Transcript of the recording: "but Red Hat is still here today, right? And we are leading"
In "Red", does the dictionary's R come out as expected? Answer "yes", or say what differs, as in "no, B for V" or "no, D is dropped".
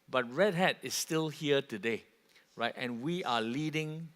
yes